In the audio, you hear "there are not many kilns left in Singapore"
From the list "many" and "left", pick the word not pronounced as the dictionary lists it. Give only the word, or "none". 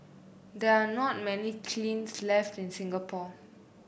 none